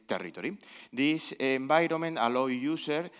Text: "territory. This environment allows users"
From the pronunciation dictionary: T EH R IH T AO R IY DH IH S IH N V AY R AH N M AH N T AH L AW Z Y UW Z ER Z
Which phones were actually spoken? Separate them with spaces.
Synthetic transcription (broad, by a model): T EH R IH T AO R IY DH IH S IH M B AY R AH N M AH N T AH L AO Y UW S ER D